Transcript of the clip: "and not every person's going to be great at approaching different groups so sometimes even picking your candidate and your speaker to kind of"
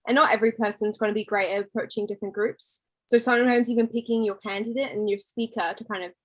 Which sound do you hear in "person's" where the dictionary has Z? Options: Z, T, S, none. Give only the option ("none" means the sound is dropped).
Z